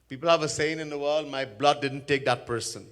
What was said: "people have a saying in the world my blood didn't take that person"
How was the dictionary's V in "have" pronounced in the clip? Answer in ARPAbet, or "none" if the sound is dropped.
V